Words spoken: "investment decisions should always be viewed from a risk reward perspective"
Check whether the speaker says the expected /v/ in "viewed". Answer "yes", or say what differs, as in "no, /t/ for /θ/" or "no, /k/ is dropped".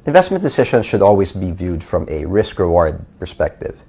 yes